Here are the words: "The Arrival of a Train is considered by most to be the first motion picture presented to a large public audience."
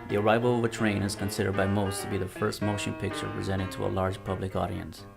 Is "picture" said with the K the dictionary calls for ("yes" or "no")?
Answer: yes